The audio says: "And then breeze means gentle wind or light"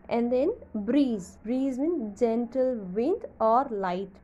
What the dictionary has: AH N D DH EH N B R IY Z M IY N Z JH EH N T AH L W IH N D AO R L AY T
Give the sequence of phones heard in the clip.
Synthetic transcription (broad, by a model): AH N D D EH N B R IY Z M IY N JH EH N T AH L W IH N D AO R L AY T